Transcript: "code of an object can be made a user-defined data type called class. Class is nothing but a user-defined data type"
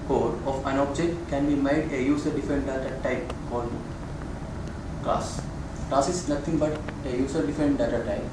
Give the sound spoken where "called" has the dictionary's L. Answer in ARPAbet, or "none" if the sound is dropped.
none